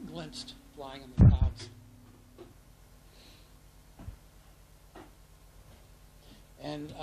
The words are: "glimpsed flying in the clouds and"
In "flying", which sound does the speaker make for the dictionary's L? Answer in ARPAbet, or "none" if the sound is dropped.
L